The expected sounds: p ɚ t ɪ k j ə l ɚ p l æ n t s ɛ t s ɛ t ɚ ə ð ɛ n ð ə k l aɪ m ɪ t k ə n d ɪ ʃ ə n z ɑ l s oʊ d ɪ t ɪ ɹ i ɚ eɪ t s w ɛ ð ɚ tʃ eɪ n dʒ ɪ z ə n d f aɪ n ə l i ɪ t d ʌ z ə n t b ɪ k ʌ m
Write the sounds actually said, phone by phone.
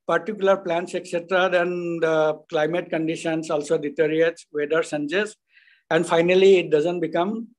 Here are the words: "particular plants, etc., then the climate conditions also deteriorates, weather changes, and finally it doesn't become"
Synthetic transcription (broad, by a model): p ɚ t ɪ k j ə l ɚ p l æ n t s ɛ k s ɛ t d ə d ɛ n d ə k l aɪ m ɪ t k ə n d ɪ ʃ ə n s ɑ l s oʊ d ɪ t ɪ ɹ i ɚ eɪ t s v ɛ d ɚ s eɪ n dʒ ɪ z ə n d f aɪ n ə l i ɪ t d ʌ z ə n t b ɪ k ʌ m